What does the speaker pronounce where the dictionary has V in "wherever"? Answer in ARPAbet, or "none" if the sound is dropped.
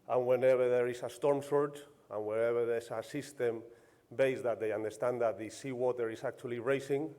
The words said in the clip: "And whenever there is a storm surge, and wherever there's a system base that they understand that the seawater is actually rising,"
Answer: B